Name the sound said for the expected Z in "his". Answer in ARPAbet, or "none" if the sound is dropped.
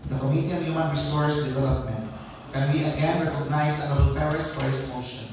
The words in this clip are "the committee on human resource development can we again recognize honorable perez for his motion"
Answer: S